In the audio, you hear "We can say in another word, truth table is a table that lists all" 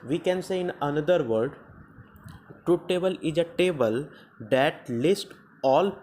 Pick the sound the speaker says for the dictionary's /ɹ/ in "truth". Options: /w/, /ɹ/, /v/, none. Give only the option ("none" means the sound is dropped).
none